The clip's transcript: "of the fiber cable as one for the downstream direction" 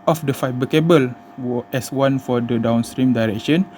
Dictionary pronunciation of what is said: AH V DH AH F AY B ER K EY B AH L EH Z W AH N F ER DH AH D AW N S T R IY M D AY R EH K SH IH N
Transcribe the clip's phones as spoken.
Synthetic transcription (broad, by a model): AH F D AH F AY B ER K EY B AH L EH S W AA N F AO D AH D AW N S T R IY M D AY R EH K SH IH N